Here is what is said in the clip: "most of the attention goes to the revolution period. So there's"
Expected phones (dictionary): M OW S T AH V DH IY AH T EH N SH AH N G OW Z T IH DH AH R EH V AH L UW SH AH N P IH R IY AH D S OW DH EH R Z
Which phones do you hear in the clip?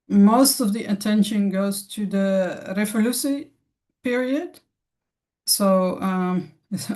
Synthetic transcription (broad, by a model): M OW S T AH V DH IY AH T EH N SH AH N G OW Z T IH DH AH R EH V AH L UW S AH P IH R IY AH D S OW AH